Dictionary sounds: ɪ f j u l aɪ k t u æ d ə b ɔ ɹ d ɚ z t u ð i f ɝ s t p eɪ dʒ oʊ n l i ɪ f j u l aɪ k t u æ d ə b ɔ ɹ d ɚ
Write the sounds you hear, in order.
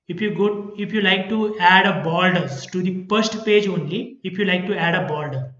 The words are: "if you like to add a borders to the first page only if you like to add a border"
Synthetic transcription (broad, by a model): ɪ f j u l aɪ k t u æ d ə b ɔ l d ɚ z t u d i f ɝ s t p eɪ dʒ oʊ n l i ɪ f j u l aɪ k t u æ d ə b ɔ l d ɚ